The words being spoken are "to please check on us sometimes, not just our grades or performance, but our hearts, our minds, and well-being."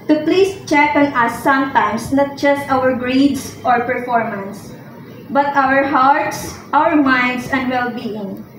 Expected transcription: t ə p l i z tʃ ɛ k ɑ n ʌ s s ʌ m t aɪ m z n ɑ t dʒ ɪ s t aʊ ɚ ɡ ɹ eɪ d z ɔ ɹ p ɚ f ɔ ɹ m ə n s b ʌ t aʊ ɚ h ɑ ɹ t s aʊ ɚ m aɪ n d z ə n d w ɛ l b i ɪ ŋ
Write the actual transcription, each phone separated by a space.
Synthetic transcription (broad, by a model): t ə p l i s tʃ ɛ k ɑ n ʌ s s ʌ m t aɪ m s n ɑ t dʒ ɪ s t aʊ ɚ ɡ ɹ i d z ɔ ɹ p ɚ f ɔ ɹ m ə n s b ʌ t aʊ ɚ h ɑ ɹ t s aʊ ɚ m aɪ n d s ə n d w ɛ l b i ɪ ŋ